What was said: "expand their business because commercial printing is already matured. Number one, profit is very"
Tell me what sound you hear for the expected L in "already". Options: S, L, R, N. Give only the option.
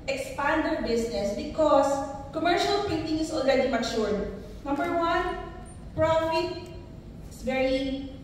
L